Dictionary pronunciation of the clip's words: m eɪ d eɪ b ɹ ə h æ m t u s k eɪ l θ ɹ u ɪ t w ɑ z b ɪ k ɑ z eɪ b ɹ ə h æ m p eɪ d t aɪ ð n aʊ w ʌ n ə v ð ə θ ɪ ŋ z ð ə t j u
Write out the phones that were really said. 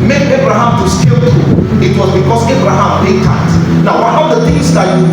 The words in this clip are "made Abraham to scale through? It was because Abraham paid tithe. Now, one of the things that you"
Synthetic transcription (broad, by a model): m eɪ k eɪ b ɹ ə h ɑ m t u s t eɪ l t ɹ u ɪ t w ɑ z b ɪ k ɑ s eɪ b ɹ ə h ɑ m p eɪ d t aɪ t n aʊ w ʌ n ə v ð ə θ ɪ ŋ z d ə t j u